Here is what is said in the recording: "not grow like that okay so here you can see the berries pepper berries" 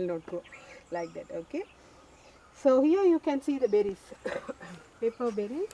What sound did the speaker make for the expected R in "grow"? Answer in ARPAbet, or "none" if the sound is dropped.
none